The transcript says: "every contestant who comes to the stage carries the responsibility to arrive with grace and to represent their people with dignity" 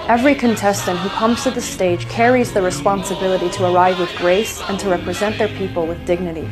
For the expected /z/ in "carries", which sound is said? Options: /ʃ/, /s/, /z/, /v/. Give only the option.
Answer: /z/